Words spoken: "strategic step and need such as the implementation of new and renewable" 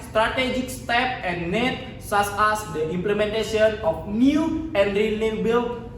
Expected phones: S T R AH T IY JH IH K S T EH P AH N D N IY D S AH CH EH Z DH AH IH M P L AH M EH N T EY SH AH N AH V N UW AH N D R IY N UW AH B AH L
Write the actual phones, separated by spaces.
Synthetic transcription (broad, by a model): S T R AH T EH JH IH K S T EH P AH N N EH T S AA S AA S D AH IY M P L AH M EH N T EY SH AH N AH F N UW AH N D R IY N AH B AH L